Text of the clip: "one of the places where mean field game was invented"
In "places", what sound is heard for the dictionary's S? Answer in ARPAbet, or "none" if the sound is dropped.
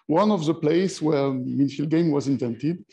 none